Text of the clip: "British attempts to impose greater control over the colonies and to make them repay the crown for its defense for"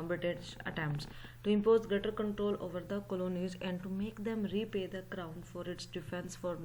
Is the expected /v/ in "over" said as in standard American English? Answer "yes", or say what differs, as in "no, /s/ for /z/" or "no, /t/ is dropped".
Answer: yes